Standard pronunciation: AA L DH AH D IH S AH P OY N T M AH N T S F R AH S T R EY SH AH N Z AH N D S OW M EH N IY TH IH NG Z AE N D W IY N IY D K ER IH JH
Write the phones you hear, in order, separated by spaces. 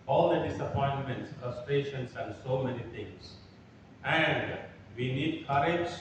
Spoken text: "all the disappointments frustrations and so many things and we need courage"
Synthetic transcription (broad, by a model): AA L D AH D IH S AH P OY N T M AH N T S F R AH S T R EY SH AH N S AH N D S OW M EH N IY T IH NG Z AE N D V IY N IY D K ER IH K